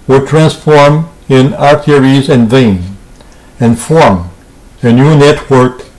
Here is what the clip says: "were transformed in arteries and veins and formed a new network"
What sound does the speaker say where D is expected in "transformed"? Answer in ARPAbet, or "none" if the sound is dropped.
none